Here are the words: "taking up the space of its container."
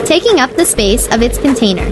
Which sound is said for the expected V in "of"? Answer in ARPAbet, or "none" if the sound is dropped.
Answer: V